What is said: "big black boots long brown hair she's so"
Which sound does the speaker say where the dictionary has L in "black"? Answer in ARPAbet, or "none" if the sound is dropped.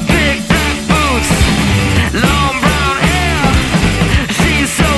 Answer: none